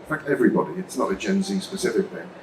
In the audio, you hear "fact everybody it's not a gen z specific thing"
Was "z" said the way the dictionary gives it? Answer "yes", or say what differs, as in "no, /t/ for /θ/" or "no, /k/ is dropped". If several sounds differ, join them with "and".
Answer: yes